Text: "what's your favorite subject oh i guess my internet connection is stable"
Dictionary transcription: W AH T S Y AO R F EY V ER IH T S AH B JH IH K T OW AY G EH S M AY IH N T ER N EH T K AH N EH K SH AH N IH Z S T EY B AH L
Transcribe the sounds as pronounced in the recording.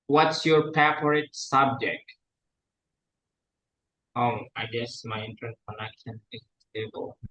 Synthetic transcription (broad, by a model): W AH T S Y AO R P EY P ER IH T S AH B JH IH K T OW AY G EH S M AY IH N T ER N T K AH N EH K SH AH N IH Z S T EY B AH L